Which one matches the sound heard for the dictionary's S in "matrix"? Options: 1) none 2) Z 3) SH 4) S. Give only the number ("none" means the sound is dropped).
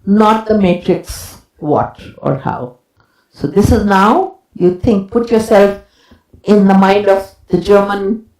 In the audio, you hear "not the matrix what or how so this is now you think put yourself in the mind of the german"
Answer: 4